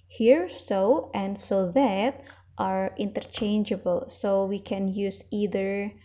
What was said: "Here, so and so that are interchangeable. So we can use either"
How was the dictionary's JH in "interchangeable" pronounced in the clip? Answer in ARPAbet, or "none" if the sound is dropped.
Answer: JH